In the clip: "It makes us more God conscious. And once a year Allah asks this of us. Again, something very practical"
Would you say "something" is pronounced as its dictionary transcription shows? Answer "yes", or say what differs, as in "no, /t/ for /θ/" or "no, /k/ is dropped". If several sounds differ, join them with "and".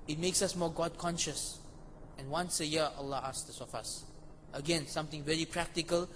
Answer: no, /t/ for /θ/